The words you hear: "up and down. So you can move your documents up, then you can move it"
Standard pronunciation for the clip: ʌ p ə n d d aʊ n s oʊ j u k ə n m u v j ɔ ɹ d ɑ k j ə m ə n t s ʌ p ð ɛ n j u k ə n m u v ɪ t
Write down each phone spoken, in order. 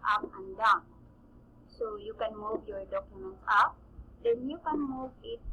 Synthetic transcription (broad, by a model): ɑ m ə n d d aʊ s oʊ j u k ə n m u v j ɔ ɹ d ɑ k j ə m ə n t ɑ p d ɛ n j u k ə n m u v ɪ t